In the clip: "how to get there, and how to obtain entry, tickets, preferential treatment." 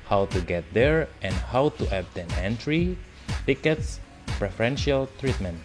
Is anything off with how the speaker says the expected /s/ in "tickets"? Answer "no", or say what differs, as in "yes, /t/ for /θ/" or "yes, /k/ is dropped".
no